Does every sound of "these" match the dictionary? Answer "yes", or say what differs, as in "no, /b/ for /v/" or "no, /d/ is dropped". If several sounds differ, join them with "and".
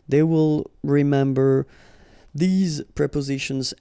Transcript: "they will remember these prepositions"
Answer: yes